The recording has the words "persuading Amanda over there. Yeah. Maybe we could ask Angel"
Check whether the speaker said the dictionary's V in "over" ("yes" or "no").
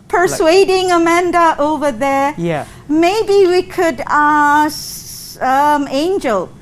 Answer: yes